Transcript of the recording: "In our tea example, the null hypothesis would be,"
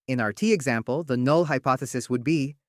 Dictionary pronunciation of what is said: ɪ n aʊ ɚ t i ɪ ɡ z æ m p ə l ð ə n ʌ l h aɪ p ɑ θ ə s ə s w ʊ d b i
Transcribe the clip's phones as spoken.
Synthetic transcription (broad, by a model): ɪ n aʊ ɚ t i ɪ ɡ z æ m p ə l ð ə n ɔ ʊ h aɪ p ɑ θ ə s ə s w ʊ d b i